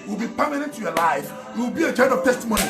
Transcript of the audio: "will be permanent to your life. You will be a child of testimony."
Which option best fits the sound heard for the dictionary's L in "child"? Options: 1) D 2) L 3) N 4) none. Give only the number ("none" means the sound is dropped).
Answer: 3